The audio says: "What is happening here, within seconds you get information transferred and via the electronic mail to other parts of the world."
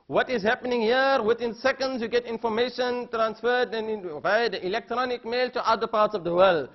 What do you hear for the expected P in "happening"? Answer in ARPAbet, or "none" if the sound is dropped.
P